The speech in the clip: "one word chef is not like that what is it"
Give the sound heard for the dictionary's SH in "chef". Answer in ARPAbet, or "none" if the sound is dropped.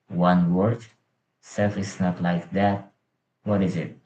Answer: S